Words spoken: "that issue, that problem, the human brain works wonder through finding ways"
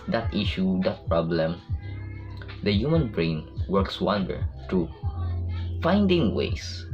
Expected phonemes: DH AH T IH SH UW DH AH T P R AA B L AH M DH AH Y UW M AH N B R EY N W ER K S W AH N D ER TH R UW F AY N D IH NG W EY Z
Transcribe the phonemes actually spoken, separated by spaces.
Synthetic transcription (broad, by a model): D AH T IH SH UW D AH T P R AA B L AH M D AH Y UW M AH N B R EY N W ER K S W AH N D ER T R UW F AY N D IH NG W EY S